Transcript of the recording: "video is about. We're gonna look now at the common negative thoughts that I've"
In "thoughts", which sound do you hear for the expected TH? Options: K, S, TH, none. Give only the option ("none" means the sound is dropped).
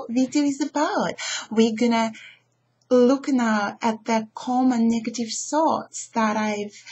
S